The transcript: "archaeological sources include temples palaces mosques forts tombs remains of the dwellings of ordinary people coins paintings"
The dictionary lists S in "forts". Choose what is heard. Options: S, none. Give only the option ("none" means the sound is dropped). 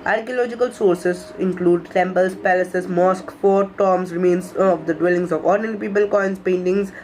none